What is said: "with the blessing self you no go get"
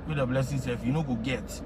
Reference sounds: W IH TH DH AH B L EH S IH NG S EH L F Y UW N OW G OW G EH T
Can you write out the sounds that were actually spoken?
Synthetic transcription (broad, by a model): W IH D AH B L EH S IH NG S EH F Y UW N OW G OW G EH T